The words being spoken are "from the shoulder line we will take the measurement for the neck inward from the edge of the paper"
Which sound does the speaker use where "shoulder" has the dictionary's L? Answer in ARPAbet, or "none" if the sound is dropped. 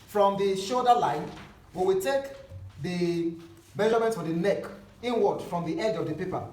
none